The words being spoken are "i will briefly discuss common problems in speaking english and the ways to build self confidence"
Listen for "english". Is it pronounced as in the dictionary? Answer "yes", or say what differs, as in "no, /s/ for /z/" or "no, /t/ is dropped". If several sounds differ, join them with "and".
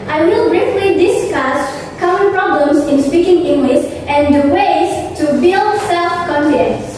no, /s/ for /ʃ/